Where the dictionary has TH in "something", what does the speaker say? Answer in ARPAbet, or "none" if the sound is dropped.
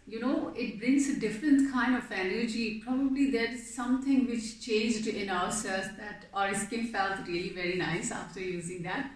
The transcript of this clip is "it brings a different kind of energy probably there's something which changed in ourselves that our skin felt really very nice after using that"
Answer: T